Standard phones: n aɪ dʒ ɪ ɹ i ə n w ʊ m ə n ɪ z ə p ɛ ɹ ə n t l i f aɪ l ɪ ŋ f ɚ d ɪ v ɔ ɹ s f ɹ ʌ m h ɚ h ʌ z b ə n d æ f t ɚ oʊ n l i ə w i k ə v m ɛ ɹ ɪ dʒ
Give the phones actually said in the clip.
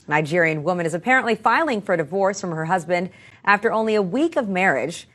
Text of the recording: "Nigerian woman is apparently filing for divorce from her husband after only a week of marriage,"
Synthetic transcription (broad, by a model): n aɪ dʒ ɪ ɹ i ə n w ʊ m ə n ɪ z ə p ɛ ɹ ə n t l i f aɪ l ɪ ŋ f ɚ d ɪ v ɔ ɹ s f ɹ ʌ m h ɚ h ʌ z b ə n d æ f t ɚ oʊ n l i ə w i k ə v m ɛ ɹ ɪ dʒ